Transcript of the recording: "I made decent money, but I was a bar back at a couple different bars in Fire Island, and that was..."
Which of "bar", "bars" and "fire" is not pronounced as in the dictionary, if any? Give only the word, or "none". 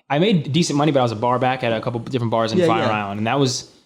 none